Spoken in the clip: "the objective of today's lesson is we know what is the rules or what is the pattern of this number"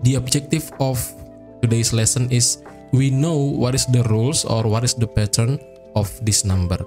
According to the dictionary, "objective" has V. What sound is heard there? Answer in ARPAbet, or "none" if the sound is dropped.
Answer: F